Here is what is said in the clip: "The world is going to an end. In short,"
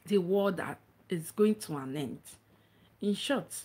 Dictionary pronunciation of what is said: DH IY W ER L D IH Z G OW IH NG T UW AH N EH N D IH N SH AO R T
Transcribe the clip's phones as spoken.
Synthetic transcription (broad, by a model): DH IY W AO D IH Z G OW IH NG T UW AH N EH N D IH N SH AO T